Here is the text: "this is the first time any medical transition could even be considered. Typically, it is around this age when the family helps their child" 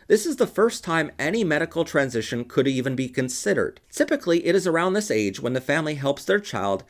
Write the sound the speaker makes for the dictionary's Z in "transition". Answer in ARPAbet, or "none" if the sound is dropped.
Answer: Z